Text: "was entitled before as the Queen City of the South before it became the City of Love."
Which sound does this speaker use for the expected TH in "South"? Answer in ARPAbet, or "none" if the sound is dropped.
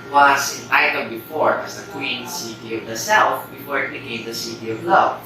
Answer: F